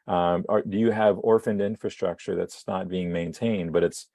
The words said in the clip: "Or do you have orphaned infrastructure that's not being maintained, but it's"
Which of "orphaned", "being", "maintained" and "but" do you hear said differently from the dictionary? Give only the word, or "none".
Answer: none